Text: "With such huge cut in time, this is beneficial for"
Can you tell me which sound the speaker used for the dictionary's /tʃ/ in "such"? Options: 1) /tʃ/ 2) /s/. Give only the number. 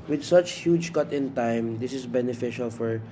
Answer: 1